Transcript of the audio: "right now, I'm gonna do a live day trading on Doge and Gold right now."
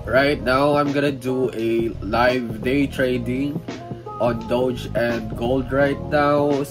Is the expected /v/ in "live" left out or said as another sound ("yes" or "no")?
no